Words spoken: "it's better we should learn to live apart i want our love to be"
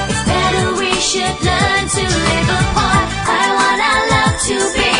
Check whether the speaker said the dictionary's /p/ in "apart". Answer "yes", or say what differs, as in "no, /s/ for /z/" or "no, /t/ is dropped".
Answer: no, /p/ is dropped